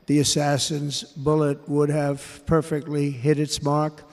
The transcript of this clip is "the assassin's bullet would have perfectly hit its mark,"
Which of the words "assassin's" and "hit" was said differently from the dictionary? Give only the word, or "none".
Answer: none